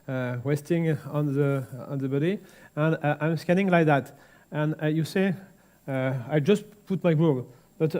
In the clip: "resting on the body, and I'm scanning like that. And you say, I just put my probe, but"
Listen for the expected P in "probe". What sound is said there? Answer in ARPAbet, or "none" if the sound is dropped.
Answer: B